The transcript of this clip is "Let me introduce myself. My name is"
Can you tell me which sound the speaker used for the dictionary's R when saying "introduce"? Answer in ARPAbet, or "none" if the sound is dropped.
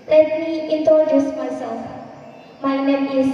none